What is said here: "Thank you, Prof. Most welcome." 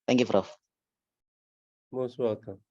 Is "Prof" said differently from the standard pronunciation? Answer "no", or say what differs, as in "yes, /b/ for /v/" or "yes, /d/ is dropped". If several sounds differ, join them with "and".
yes, /f/ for /p/